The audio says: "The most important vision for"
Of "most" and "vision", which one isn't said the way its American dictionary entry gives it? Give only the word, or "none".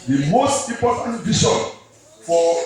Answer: vision